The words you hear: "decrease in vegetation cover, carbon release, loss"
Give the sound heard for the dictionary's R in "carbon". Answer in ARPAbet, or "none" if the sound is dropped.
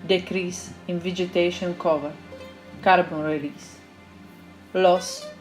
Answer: R